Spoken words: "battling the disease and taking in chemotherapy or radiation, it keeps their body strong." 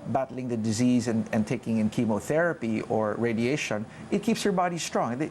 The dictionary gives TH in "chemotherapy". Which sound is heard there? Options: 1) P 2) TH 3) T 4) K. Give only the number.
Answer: 2